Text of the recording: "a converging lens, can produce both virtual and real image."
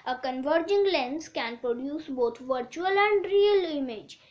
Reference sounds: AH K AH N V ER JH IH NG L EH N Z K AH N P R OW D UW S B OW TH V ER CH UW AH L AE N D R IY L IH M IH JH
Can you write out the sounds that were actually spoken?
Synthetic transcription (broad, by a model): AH K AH N V ER JH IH NG L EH N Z K AH N P R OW D UW S B OW T V ER CH UW AH L AE N D R IY L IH M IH JH